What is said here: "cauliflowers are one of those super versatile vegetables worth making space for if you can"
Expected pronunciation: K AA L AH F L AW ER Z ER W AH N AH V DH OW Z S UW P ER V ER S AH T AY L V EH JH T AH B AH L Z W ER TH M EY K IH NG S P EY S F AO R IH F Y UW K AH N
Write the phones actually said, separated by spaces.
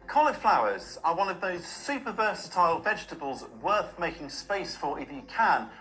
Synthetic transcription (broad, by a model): K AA L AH F L AW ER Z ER W AH N AH V DH OW Z S UW P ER V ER S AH T AY L V EH JH T AH B AH L Z W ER TH M EY K IH NG S P EY S F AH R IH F Y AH K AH N